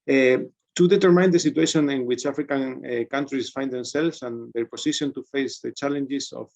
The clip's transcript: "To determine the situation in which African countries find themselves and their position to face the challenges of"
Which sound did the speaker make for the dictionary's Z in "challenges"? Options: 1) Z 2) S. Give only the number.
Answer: 2